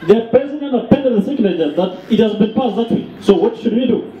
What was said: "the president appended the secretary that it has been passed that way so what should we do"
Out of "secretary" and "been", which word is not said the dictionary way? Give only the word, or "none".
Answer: secretary